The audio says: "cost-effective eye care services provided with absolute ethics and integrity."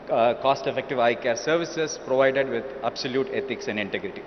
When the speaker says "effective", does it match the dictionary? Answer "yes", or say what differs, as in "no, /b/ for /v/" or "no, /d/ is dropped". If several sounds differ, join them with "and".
yes